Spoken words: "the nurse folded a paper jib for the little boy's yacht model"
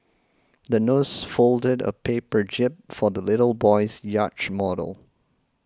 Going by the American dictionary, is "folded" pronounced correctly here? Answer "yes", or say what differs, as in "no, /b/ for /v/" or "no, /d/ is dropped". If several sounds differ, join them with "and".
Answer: yes